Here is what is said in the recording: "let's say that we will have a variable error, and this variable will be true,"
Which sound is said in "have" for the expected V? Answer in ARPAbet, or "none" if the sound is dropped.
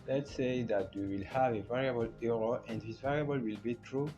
V